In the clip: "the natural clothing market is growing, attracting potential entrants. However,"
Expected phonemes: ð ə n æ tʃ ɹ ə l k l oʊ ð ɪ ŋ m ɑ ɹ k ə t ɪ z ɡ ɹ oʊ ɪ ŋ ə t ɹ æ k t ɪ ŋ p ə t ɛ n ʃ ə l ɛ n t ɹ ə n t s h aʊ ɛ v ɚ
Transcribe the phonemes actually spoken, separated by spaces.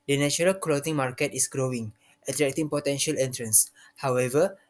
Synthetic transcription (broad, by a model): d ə n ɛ tʃ ɹ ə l k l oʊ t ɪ ŋ m ɑ ɹ k ə t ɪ s ɡ ɹ oʊ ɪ ŋ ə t ɹ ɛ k t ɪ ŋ p ə t ɛ n ʃ ə l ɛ n t ɹ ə n s h aʊ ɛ v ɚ